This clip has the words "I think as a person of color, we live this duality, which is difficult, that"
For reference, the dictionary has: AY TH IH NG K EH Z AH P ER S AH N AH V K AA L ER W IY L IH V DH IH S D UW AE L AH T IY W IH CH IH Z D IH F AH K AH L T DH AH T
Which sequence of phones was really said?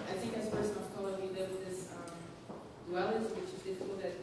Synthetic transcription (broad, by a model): AY TH IH NG K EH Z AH P ER S AH N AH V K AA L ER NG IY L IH W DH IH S D UW AE L AH T IY W IH CH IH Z D IH F AH K AH L T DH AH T